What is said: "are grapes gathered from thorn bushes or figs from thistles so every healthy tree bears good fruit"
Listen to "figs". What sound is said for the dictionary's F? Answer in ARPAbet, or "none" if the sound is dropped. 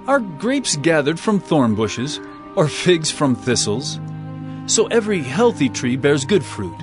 F